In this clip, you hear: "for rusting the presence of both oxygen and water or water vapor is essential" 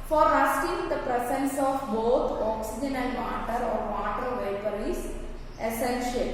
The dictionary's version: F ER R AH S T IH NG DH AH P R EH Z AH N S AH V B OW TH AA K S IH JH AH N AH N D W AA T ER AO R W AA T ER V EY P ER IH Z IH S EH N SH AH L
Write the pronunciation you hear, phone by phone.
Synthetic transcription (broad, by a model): F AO R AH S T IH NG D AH P R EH S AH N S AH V B OW T AA K S IH JH AH N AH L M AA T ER AO R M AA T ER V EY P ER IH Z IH S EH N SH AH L